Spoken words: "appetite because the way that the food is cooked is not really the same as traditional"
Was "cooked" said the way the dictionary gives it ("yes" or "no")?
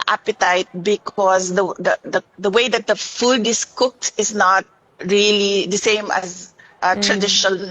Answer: yes